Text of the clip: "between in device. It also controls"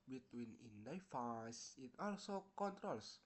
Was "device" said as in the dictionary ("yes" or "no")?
no